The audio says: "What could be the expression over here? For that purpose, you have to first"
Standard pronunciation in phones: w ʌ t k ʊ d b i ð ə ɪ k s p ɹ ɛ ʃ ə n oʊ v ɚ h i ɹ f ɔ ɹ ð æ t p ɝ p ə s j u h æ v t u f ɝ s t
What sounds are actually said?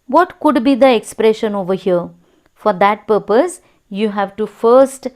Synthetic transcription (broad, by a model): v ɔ t k ʊ d b i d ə ɪ k s p ɹ ɛ ʃ ə n oʊ v ɚ h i ɹ f ɔ ɹ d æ t p ɝ p ə s j u h æ v t u f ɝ s t